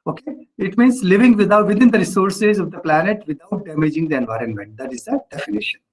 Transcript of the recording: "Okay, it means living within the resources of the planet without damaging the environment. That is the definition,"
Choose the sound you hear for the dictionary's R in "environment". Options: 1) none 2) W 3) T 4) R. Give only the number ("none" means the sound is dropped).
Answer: 4